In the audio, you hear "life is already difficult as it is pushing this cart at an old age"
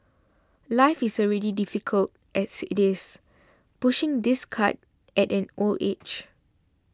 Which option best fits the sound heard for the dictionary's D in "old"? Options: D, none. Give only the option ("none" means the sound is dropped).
none